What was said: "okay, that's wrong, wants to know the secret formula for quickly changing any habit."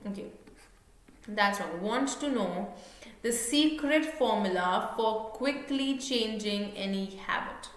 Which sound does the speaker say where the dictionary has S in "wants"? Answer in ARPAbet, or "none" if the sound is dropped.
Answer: none